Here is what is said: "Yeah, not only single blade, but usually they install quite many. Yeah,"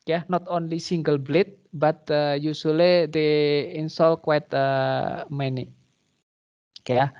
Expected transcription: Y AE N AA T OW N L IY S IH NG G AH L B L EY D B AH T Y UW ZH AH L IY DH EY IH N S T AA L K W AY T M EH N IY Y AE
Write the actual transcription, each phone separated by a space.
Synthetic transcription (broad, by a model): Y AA N AA T OW N L IY S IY NG G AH L B L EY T B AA T Y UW S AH L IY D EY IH N S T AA L K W AY T M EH N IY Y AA